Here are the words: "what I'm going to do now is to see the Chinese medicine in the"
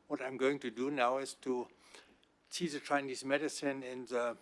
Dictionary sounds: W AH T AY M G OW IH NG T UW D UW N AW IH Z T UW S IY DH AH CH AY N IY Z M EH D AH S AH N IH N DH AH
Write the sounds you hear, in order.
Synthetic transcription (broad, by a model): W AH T AY M G OW IH NG T UW D UW N AW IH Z T UW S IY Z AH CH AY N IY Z M EH D AH S AH N IH N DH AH